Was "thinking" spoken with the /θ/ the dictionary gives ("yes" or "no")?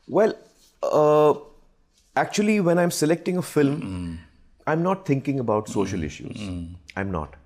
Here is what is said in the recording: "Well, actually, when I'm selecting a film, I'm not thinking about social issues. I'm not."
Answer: no